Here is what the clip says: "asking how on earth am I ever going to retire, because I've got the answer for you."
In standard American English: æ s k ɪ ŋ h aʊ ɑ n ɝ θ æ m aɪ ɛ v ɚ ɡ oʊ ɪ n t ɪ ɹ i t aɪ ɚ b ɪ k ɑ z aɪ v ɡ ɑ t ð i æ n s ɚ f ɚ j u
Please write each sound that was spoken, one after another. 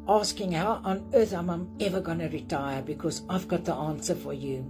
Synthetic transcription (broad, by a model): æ s k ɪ ŋ h aʊ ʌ n ɝ θ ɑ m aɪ ɛ v ɚ ɡ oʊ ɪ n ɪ ɹ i t aɪ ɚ b ɪ k ɑ z aɪ v ɡ ɑ t ð i æ n s ɚ f ɚ j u